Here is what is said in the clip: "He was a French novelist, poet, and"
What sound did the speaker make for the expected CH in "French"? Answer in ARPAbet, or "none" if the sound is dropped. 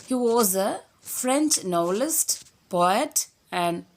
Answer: CH